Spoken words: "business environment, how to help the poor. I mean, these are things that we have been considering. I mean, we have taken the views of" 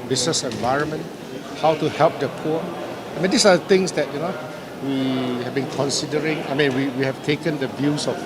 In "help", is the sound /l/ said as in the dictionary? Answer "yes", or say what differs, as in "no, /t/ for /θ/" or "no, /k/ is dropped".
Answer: yes